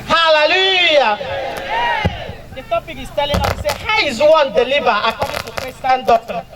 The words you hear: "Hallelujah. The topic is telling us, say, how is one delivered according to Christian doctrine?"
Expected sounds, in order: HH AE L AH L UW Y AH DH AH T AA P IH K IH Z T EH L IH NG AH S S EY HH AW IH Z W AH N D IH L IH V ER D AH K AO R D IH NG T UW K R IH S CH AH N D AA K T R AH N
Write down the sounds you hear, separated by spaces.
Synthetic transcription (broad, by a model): HH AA L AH L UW Y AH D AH T AA P IH K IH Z T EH L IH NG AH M S EY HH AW IH Z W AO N D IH L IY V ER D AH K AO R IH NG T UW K EH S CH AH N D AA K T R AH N